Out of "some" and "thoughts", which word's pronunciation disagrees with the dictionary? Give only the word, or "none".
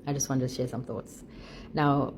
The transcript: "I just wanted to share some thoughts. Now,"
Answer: none